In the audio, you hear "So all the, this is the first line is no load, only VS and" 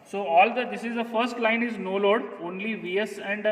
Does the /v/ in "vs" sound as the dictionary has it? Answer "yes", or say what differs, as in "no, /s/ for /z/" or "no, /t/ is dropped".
yes